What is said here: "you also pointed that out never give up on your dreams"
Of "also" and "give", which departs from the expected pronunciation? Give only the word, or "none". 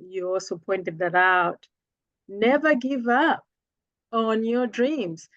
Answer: none